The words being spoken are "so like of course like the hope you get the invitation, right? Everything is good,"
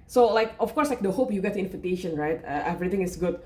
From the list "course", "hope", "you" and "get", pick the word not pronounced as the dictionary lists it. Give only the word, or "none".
none